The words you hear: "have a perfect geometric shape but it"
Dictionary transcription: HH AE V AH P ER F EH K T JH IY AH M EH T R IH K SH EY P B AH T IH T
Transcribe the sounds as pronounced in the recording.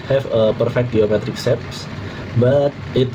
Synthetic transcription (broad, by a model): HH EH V AH P ER F EH K T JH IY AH M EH T R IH K S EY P B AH T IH T